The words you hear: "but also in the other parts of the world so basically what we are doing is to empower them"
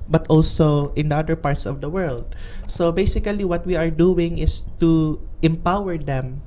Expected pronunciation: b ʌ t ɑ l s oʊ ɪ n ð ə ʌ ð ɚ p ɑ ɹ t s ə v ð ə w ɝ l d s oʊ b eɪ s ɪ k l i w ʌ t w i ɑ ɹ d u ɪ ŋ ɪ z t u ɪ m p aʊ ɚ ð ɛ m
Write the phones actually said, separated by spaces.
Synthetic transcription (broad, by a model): b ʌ t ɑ l s oʊ ɪ n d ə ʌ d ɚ p ɑ ɹ t s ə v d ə w ɝ l d s oʊ b eɪ s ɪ k l i w ʌ t w i ɑ ɹ d u ɪ ŋ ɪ s t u ɪ m p aʊ ɚ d ɛ m